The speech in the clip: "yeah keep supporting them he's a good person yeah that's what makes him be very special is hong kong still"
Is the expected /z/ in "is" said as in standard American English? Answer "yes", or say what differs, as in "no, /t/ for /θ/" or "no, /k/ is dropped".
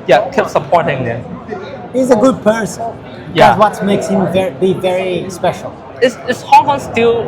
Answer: no, /s/ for /z/